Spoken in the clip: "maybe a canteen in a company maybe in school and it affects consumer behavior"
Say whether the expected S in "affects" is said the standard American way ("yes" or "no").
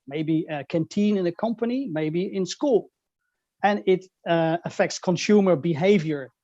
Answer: yes